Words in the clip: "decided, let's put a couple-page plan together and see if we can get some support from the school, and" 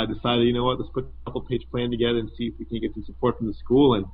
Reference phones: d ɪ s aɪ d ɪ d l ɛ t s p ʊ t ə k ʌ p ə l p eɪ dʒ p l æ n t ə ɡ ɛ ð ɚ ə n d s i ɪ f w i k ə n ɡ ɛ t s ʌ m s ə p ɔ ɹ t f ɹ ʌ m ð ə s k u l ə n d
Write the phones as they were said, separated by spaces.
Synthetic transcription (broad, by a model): d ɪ s aɪ d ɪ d w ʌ t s p ʊ t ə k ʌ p l p eɪ dʒ p l æ n t ə ɡ ɛ ð ɚ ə n s i ɪ f w i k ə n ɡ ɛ t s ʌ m s ə p ɔ ɹ t f ɹ ʌ m ð ə s k u l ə n